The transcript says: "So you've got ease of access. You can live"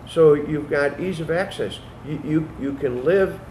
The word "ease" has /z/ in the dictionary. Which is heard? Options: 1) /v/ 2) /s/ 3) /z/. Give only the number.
3